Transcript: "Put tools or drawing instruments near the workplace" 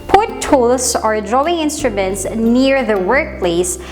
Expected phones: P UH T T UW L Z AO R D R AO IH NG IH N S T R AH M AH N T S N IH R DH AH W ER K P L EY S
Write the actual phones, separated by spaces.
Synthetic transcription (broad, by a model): P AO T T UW L S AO R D R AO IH NG IH N S T R AH M AH N T S N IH R DH AH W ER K P L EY S